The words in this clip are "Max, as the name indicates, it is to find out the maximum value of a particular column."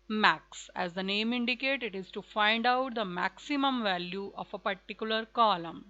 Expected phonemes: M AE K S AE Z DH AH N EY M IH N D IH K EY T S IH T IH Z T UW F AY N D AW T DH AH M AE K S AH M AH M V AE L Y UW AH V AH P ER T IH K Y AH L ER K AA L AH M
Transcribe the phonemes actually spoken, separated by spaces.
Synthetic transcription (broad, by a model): M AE K S AE Z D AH N EY M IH N D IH K EY T IH T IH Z T UW F AY N D AW T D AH M AE K S AH M AH M V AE L Y UW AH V AH P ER T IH K Y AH L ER K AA L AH M